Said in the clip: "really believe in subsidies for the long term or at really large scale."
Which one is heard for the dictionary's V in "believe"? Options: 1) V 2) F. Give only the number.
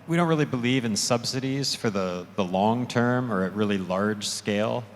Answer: 1